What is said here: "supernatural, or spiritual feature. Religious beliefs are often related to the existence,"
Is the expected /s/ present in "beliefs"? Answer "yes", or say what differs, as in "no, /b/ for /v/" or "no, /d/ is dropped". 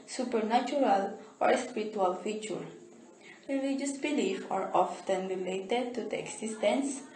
no, /s/ is dropped